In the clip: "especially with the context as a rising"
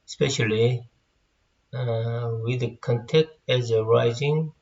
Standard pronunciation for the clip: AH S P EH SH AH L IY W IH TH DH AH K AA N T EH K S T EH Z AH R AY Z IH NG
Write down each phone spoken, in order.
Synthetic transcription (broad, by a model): S P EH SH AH L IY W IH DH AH K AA N T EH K T EH Z AH R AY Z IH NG